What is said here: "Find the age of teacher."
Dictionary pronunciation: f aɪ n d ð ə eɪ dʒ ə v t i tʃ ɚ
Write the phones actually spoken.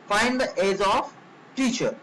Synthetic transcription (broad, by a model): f aɪ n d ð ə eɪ z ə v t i tʃ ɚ